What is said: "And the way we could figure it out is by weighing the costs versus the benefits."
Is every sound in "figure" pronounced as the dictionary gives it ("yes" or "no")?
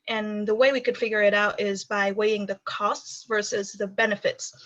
yes